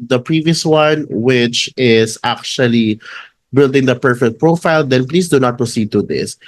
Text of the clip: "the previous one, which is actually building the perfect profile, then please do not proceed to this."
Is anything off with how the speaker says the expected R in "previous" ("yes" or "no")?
no